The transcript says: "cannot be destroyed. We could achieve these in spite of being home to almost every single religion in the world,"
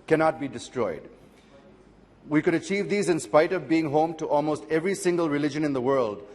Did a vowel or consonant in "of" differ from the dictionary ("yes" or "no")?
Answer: no